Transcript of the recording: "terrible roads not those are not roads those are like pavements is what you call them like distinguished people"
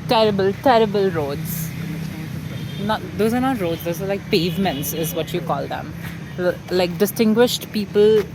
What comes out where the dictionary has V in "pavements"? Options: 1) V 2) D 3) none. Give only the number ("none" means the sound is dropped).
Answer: 1